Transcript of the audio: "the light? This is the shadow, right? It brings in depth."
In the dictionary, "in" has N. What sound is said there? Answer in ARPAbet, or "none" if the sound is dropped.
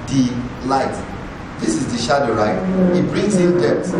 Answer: L